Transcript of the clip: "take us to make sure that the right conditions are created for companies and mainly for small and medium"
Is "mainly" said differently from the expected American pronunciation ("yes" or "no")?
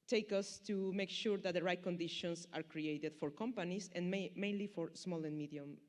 no